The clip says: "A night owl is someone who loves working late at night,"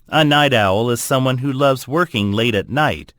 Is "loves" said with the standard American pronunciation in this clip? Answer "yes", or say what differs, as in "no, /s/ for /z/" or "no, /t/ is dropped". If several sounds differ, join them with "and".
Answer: yes